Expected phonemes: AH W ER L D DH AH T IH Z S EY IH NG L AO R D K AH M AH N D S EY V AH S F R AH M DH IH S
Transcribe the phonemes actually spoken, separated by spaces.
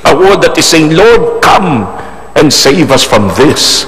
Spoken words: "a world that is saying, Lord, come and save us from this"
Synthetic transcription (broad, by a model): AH W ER D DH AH T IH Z S EY IH NG L AO R D K AH M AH N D S EY V AH S F R AH M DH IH S